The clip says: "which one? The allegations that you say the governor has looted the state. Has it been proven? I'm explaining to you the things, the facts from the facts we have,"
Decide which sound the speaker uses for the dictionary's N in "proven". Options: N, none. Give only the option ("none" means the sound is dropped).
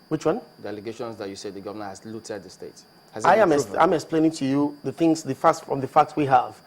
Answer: none